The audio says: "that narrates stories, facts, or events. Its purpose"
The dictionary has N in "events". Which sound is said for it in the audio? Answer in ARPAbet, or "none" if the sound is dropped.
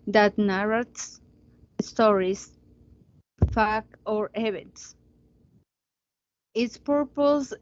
none